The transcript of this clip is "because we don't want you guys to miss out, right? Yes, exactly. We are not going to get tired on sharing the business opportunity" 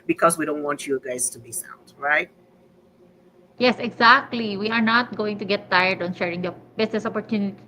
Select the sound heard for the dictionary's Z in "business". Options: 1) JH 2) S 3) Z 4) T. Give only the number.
2